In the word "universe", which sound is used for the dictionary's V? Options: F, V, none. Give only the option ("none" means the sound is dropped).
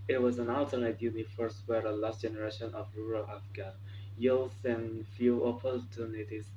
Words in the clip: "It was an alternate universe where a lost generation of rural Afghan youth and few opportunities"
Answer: F